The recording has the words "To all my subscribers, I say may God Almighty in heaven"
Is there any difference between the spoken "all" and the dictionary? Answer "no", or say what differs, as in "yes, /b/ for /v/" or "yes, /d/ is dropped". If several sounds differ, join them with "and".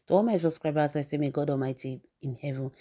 yes, /n/ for /l/